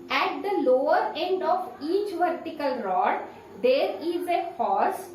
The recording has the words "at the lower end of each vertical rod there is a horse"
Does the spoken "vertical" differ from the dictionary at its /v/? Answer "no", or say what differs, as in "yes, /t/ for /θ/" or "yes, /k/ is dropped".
no